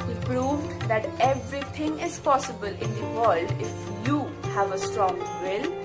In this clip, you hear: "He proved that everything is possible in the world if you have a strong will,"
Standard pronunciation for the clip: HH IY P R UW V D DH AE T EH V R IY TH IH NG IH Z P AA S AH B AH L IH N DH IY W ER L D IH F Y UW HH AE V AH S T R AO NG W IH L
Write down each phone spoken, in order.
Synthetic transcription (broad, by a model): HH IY P R UW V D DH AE T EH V R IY T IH NG IH Z P AA S AH B AH L IH N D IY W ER L D IH F Y UW HH AE V AH S T R AO NG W IH L